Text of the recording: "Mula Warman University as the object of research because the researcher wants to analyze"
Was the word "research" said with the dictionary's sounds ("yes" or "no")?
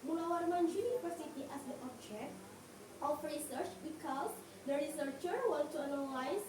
yes